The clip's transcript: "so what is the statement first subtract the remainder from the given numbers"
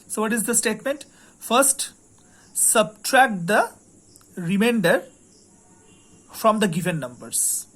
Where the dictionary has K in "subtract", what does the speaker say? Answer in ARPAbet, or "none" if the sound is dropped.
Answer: K